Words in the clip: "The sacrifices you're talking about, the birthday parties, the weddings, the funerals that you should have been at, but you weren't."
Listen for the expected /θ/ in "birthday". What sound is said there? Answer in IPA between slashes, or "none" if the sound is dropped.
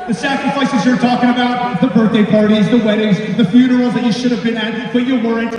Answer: /θ/